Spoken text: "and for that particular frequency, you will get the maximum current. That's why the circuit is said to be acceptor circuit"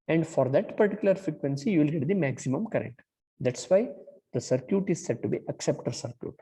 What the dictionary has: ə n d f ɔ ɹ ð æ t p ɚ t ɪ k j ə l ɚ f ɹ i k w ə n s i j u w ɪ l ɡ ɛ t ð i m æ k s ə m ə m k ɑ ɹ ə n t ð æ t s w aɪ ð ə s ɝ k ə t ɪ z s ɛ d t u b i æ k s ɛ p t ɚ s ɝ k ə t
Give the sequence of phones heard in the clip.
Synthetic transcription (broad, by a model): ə n d f ɔ ɹ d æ t p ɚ t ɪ k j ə l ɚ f ɹ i k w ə n s i j u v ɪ l ɡ ɛ t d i m æ k s ə m ə m k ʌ ɹ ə n t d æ t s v aɪ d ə s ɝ k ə t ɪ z s ɛ d t u b i æ k s ɛ p t ɚ s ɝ k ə t